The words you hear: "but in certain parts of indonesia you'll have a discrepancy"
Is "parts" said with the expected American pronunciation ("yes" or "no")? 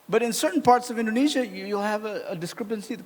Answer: yes